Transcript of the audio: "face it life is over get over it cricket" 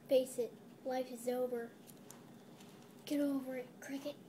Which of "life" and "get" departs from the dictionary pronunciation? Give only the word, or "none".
none